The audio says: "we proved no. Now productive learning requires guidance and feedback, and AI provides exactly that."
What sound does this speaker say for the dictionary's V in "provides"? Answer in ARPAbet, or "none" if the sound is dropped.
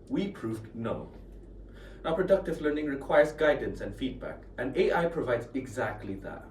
V